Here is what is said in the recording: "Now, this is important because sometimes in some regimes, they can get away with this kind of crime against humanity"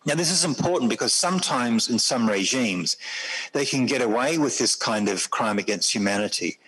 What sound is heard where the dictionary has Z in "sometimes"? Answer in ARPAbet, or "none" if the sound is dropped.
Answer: Z